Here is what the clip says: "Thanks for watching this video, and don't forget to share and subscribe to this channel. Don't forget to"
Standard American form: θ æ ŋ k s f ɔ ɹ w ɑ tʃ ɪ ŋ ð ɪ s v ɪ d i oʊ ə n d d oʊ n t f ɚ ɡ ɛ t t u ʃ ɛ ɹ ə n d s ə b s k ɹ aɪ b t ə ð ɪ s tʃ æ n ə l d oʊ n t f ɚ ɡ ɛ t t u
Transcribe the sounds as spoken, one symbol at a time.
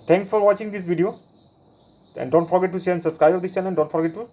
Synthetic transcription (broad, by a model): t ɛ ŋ k s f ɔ ɹ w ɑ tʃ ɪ ŋ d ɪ s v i d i oʊ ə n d d oʊ n t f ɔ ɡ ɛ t t u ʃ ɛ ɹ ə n s ə b s k ɹ aɪ b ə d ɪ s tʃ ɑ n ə n d oʊ n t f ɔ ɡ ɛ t t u